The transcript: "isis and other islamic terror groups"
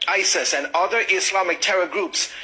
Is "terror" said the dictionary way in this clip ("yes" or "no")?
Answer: yes